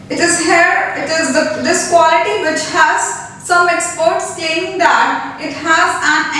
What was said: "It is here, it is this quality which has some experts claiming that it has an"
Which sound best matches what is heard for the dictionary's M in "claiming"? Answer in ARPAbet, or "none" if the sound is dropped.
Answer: none